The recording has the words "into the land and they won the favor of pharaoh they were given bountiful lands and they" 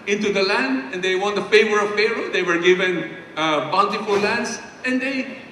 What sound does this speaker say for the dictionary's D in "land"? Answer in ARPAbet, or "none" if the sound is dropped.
D